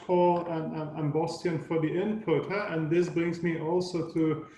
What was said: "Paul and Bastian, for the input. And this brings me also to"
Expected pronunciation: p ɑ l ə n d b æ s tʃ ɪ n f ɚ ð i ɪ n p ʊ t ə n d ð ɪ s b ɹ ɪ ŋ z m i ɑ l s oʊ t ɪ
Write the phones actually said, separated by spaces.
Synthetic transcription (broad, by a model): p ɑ l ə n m b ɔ s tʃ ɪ n f ɚ ð i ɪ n p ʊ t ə n ð ɪ s b ɹ ɪ ŋ z m i ɑ l s oʊ t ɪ